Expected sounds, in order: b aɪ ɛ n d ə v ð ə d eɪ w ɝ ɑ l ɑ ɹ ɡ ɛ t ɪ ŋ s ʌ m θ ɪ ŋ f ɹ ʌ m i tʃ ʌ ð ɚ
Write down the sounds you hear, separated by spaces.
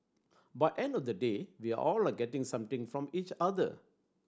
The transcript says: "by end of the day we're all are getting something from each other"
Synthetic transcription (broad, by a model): b aɪ ɛ n d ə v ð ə d eɪ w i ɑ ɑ l ɡ ɛ t ɪ ŋ s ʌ m t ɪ ŋ f ɹ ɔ m i tʃ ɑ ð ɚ